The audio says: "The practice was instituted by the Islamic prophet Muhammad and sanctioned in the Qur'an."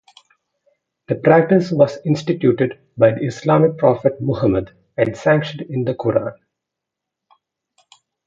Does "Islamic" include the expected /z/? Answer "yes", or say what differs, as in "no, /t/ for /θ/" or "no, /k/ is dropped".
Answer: no, /s/ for /z/